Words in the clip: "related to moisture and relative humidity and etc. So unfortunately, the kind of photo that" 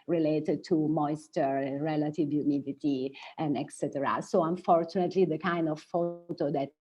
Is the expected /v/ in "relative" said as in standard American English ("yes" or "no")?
yes